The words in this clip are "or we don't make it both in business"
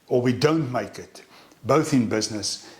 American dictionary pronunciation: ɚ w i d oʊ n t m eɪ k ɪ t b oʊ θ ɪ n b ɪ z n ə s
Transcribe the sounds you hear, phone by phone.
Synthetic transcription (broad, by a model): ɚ w i d oʊ n t m eɪ k ɪ t b oʊ θ ɪ n b ɪ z n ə s